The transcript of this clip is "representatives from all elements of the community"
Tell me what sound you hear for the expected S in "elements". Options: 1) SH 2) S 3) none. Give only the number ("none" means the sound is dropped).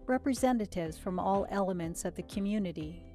2